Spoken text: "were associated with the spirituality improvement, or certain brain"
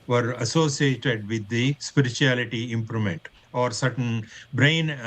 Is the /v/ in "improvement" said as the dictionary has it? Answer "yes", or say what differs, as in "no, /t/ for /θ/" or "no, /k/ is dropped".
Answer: no, /v/ is dropped